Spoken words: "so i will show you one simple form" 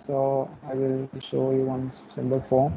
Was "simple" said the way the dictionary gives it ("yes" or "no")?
no